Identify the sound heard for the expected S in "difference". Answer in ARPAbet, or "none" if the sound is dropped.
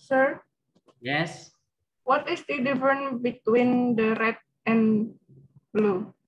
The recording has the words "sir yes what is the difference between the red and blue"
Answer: none